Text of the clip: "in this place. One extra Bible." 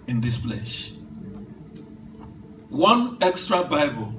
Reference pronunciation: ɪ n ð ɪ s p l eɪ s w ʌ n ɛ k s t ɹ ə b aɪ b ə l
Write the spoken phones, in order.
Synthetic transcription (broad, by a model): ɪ n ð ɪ s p l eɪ ʃ w ʌ n ɛ k s t ɹ ə b aɪ b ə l